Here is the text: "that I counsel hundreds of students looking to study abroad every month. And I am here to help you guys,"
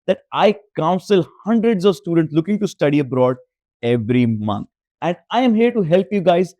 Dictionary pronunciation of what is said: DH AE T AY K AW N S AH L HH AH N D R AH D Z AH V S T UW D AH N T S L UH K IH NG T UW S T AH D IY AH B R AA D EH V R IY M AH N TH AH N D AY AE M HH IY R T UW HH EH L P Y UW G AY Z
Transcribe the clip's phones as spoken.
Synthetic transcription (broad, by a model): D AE T AY K AW N S AH L HH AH N D R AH D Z AH V S T UW D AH N T S L UH K IH NG T UW S T AH D IY AH B R AA D EH V R IY M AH N T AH N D AY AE M HH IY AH T UW HH EH L P Y UW G AY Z